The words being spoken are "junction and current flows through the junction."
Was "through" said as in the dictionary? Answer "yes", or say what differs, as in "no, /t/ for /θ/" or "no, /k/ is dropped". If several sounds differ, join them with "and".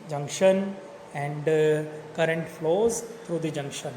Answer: no, /t/ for /θ/